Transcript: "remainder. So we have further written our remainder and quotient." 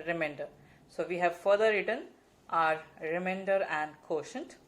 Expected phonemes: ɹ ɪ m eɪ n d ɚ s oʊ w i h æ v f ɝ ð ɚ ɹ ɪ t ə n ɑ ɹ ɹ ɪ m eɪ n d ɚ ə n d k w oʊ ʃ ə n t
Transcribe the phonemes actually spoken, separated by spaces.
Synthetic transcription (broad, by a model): ɹ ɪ m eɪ n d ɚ s oʊ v i h æ v f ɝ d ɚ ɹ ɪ t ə n ɑ ɹ ɹ ɪ m eɪ n d ɚ ə n d k oʊ ʃ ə n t